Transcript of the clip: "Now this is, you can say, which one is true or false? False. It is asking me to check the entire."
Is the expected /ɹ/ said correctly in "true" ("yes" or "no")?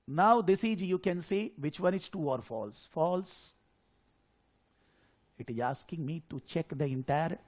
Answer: no